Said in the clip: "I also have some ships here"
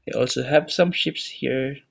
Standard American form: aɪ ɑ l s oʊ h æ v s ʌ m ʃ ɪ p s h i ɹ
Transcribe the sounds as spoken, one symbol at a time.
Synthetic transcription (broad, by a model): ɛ ɑ l s oʊ h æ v s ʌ m ʃ ɪ p s h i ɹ